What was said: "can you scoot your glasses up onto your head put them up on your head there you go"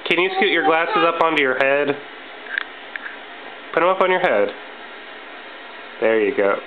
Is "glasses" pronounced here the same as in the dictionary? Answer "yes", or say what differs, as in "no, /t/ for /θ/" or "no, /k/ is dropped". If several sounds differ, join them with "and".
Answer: yes